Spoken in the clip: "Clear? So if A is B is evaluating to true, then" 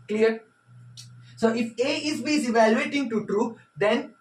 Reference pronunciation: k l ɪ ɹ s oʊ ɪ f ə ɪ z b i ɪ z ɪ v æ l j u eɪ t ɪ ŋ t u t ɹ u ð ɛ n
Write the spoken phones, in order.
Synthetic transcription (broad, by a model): k l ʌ ɹ s oʊ ɪ f ə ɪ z b i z ɪ v æ l j u eɪ t ɪ ŋ t u t ɹ u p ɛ n